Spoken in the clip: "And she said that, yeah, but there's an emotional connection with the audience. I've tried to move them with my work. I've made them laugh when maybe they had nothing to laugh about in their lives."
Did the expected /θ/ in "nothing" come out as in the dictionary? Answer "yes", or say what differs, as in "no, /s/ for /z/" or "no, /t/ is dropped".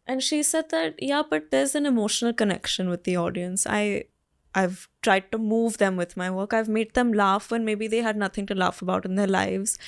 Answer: no, /t/ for /θ/